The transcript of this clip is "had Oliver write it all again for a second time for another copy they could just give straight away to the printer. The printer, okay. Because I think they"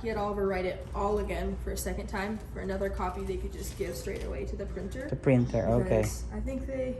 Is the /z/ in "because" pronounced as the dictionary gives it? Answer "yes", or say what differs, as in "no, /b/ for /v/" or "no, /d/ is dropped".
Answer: no, /z/ is dropped